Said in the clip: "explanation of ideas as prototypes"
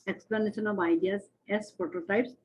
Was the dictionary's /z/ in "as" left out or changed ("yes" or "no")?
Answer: yes